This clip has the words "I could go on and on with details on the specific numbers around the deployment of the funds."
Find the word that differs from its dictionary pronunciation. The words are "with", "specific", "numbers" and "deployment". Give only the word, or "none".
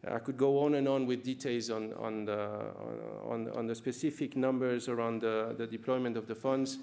none